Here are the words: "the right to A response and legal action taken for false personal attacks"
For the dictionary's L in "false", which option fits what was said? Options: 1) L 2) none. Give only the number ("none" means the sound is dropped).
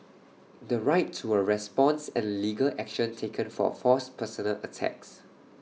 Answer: 2